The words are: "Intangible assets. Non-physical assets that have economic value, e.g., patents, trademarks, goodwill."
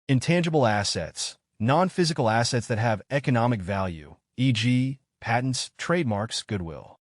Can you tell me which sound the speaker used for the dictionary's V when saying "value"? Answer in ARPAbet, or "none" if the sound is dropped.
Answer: V